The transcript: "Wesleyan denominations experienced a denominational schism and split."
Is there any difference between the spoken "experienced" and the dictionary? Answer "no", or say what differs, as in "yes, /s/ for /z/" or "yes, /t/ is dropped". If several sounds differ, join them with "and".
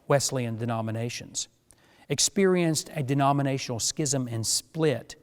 no